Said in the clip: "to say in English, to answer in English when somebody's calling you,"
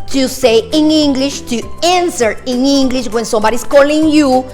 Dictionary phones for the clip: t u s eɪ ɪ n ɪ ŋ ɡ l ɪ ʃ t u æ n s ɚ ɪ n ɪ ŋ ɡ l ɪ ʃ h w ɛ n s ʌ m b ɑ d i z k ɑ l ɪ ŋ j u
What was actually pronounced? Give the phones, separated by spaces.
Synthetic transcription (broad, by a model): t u s eɪ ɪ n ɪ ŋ ɡ l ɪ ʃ t u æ n s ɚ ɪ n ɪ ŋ ɡ l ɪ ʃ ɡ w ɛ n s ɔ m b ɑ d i s k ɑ l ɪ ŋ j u